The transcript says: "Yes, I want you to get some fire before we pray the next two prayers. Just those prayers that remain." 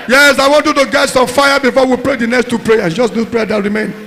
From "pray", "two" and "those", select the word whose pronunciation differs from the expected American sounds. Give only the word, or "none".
those